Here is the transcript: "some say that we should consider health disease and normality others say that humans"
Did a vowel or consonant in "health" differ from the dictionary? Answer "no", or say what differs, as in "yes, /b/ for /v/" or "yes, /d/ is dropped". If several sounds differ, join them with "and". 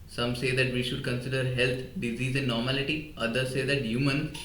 yes, /t/ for /θ/